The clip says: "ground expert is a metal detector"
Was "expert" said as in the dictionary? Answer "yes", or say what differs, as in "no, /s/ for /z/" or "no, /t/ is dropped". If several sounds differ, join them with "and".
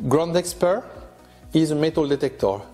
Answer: yes